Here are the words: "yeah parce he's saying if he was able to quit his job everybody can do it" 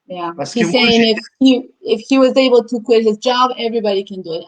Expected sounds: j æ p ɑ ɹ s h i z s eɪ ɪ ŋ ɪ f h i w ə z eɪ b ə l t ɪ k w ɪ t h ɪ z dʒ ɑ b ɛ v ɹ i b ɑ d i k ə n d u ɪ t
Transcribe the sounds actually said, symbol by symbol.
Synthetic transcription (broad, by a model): j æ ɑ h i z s eɪ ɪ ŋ ɪ f h i w ə z eɪ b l t ɪ k w ɪ t h ɪ z dʒ ɑ b ɛ v ɹ i b ɑ d i k ə n d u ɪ t